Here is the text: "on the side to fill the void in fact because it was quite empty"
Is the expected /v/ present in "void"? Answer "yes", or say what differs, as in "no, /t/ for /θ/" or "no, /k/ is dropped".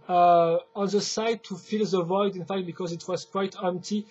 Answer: yes